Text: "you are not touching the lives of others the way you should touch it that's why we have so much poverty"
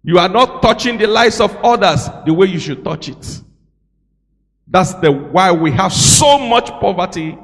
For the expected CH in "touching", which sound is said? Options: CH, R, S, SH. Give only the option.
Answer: CH